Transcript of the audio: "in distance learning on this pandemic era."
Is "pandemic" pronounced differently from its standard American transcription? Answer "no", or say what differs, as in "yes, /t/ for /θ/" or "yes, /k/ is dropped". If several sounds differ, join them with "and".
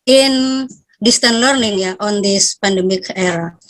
no